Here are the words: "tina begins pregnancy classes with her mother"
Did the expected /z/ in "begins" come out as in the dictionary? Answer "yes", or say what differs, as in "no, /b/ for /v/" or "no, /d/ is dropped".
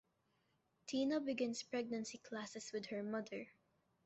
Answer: no, /s/ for /z/